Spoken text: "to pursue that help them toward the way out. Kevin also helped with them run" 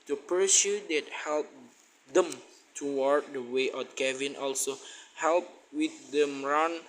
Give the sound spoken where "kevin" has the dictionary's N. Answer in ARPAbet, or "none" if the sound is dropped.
N